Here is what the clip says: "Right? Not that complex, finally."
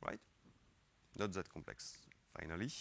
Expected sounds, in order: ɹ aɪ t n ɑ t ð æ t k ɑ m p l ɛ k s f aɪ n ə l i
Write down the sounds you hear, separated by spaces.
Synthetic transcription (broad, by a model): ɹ aɪ t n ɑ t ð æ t k ɑ m p l ɛ k s f aɪ n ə l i